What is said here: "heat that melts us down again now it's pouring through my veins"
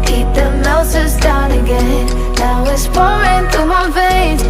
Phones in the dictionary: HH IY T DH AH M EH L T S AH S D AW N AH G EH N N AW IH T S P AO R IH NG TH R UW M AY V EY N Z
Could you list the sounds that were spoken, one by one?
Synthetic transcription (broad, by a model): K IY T DH AH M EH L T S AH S D AW N AH G EH N N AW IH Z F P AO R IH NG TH UW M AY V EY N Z